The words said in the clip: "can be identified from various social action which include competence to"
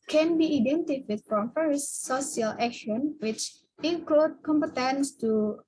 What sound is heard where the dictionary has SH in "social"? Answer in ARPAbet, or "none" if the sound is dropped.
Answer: S